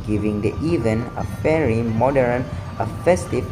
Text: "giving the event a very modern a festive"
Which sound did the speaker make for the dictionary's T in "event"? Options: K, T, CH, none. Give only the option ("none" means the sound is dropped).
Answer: none